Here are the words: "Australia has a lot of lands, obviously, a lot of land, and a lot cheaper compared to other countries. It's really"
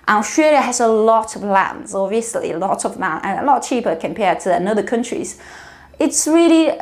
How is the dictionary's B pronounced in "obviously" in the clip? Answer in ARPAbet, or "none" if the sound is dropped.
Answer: none